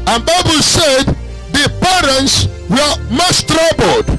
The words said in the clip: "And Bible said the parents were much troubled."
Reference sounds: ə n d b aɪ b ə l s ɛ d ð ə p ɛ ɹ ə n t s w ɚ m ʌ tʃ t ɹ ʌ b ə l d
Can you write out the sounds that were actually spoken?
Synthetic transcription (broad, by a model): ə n b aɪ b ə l s ɛ d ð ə p ɛ ɹ ə n t s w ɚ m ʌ s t ɹ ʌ b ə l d